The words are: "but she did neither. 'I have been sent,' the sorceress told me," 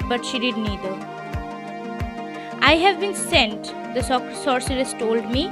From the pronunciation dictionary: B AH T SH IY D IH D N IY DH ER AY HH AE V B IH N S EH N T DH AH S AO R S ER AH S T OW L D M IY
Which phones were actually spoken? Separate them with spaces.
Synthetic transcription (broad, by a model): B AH T SH IY D IH D N IY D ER AY HH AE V B IH N S EH N T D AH S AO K S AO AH S T OW L D M IY